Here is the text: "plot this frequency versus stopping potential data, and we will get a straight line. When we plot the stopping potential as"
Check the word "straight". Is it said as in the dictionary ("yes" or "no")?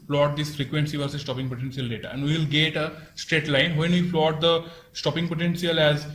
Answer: yes